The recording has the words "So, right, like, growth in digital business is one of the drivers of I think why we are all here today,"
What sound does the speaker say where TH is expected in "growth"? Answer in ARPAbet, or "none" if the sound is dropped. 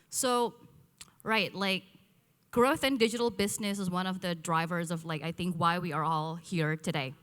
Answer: TH